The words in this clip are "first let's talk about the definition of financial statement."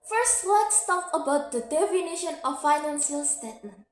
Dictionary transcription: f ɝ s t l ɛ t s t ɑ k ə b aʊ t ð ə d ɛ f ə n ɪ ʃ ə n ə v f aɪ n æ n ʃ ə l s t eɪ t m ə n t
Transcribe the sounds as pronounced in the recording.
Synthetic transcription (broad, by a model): f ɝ s t w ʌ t s t ɑ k ə b aʊ t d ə d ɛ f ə n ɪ ʃ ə n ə f aɪ n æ n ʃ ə l s t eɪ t m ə n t